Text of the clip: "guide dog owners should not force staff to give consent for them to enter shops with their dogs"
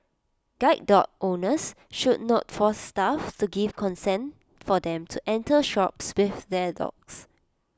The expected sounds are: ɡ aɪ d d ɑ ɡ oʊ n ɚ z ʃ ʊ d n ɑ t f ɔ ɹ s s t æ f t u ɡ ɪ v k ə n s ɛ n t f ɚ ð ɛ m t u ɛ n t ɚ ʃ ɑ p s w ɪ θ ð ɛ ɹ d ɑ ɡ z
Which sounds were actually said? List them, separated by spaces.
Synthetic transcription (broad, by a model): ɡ aɪ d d ɑ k oʊ n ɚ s ʃ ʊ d n ɑ t f ɔ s s t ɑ f t u ɡ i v k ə n s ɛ n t f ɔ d ɛ m t u ɛ n t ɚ ʃ ɑ p s w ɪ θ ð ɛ d ɑ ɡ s